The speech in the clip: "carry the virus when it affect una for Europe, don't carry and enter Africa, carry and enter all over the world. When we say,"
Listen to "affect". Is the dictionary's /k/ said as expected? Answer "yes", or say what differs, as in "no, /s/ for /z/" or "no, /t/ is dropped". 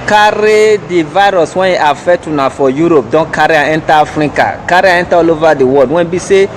no, /k/ is dropped